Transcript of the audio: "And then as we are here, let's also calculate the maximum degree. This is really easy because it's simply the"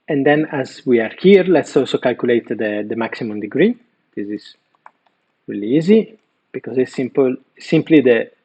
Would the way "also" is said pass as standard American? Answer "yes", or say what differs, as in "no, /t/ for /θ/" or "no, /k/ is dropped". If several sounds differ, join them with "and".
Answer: yes